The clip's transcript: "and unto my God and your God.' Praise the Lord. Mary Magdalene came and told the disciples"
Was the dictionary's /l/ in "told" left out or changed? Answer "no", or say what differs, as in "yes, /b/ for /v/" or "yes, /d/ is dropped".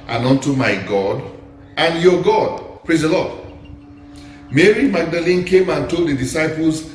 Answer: no